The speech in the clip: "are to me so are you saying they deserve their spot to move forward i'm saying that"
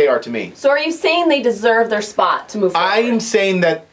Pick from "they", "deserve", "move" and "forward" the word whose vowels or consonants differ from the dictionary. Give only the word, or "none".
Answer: forward